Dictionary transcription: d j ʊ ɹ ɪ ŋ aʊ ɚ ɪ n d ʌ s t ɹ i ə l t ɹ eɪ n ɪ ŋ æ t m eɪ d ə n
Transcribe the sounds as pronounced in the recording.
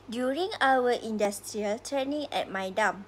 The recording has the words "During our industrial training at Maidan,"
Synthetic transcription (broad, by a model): d j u ɹ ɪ ŋ aʊ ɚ ɪ n d ʌ s t ɹ i ə l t eɪ n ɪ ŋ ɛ t m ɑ d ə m